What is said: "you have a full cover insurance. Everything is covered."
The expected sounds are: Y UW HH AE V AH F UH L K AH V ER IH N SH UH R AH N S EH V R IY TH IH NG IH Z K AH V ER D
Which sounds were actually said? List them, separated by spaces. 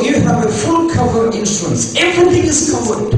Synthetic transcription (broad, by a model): Y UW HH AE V AH F UH L K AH V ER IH N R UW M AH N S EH V R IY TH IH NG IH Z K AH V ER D